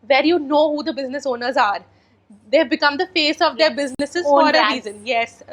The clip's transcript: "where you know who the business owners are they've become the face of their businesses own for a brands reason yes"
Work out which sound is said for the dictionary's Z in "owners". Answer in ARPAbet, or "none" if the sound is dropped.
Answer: Z